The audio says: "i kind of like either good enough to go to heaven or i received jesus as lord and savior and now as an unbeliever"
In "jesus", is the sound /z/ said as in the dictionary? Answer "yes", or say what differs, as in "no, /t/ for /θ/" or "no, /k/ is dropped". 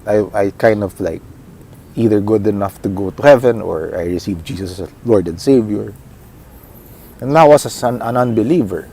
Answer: no, /s/ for /z/